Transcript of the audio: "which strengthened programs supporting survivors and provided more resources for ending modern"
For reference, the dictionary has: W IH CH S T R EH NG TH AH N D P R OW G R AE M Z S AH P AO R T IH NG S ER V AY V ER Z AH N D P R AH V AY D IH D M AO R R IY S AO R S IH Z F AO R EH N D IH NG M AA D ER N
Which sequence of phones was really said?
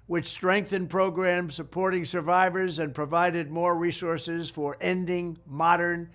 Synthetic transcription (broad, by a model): W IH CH S T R EH NG TH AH N P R OW G R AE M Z S AH P AO R T IH NG S ER V AY V ER Z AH N P R AH V AY D IH D M AO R R IY S AO R S IH Z F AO R EH N D IH NG M AA D ER N